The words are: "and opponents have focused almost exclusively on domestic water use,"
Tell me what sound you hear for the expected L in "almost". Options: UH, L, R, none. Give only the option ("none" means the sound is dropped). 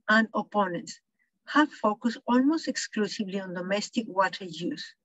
L